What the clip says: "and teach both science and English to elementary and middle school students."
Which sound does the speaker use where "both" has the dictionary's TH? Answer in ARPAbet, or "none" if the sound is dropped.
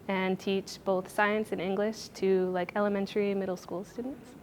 TH